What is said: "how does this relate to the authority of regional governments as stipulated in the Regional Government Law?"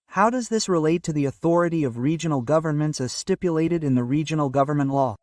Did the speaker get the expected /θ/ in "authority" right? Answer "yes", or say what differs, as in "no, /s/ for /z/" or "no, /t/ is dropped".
yes